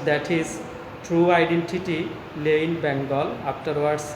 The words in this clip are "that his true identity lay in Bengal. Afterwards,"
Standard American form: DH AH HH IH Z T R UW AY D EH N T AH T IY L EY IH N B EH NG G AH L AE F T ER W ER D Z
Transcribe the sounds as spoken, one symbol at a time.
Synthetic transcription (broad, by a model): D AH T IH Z T R UW AY D EH N T AH T IY L EY IH N B EH NG G AH L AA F T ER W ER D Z